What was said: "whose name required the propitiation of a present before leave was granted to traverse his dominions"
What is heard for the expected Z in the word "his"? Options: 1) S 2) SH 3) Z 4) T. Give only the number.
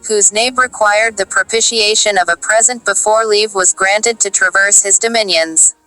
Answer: 3